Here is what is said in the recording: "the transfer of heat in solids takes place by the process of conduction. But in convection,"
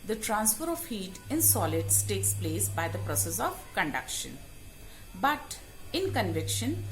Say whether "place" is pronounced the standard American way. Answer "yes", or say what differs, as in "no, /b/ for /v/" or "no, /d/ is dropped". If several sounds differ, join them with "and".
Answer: yes